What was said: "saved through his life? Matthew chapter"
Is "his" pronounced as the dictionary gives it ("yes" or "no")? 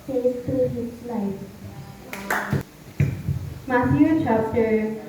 no